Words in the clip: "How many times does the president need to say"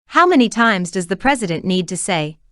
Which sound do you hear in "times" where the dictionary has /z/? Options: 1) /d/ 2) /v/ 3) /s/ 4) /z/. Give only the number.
4